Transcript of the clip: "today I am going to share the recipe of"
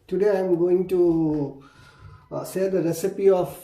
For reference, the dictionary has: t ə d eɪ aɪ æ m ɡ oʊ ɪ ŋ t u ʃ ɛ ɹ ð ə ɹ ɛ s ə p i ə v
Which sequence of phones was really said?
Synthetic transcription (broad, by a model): t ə d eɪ aɪ m ɡ oʊ ɪ ŋ t u s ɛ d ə ɹ ɛ s ə p i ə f